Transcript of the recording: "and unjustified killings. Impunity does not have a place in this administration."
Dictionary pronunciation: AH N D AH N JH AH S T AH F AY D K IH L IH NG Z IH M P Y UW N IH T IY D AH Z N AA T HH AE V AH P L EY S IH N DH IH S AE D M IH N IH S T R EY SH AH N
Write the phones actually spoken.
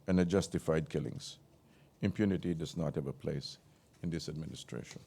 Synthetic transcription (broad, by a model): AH N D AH JH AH S T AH F AY D K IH L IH NG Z IH M P Y UW N IH T IY D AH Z N AA T HH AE V AH P L EY S IH N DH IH S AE D M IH N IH S T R EY SH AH N